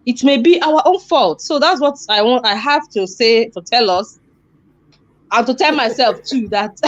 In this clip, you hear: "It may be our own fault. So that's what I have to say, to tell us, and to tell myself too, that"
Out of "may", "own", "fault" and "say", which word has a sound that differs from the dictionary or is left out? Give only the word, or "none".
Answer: none